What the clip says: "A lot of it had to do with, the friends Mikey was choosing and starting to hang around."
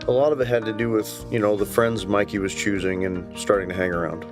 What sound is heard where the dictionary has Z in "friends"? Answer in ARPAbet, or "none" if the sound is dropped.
Z